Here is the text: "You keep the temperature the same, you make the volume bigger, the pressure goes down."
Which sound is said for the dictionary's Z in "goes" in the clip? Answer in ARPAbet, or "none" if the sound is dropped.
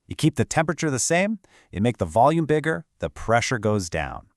Z